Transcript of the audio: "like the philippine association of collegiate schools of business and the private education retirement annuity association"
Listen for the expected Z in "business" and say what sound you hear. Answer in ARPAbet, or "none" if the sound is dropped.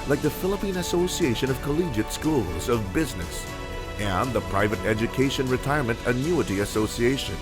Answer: Z